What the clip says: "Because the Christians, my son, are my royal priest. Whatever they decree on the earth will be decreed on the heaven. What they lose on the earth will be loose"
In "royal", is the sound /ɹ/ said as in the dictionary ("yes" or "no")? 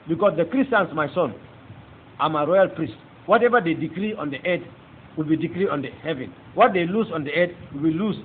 yes